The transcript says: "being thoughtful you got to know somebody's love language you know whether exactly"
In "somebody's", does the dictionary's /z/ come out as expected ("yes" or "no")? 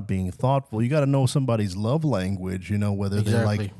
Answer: yes